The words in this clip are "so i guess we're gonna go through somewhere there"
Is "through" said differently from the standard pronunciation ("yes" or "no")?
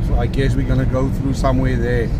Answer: no